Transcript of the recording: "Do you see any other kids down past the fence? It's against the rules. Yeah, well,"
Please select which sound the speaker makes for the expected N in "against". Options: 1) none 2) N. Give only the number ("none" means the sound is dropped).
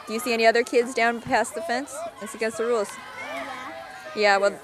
1